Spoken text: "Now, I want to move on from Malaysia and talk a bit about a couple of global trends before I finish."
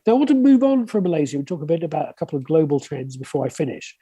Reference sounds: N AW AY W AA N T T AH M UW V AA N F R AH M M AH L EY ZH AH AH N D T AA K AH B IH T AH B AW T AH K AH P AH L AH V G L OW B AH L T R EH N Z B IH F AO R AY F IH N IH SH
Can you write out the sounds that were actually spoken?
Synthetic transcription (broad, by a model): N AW AY W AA N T T AH M UW V N F R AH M M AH L EY Z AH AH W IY T AA K AH B IH T AH B AW T AH K AH P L AH V G L OW B AH L T R EH N Z B IH F AO R AY F IH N IH SH